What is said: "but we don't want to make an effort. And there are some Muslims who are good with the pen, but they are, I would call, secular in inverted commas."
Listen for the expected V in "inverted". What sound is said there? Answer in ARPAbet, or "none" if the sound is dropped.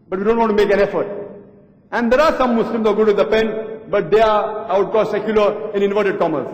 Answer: V